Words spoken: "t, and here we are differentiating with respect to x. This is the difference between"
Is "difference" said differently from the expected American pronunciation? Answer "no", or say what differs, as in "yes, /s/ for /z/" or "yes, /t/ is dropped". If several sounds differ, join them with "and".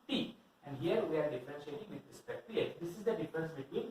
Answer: yes, /ɹ/ is dropped